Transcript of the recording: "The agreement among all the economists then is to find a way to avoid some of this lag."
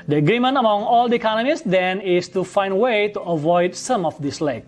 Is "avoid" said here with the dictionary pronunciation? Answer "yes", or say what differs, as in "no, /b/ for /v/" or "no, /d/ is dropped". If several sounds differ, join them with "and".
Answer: yes